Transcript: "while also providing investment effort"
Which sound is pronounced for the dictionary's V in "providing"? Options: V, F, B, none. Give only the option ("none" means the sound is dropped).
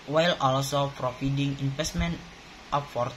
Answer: F